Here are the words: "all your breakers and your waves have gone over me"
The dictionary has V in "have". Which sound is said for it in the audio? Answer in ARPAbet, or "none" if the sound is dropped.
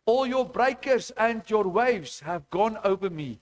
V